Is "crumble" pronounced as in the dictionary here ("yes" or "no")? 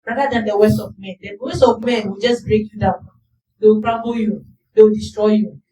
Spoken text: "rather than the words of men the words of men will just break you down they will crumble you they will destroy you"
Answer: no